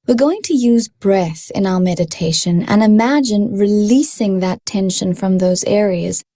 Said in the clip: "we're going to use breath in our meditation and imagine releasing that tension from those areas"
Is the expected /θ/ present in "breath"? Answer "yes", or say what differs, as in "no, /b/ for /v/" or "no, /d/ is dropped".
yes